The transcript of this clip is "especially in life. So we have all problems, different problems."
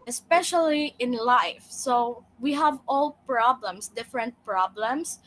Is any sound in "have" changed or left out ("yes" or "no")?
no